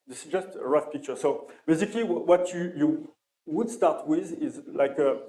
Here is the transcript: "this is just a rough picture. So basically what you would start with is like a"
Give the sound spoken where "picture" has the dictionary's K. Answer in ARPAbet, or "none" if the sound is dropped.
K